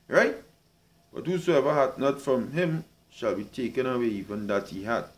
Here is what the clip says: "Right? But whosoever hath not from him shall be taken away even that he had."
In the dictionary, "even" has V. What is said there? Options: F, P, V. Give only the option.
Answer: F